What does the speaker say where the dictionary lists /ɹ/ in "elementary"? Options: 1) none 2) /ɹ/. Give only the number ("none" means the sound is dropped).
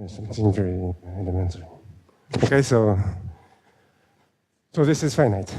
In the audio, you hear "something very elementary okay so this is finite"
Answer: 1